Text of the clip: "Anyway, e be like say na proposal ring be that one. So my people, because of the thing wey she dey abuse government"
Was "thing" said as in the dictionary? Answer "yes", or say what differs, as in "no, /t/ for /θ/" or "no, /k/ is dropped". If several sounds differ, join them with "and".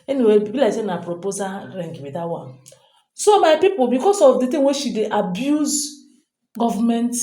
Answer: no, /t/ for /θ/